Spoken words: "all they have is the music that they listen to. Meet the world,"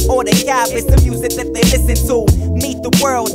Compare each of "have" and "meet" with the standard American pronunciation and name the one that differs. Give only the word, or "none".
have